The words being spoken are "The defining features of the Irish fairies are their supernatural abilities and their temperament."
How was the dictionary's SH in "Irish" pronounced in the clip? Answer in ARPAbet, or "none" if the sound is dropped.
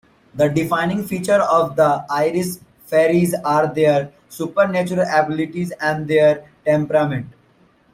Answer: S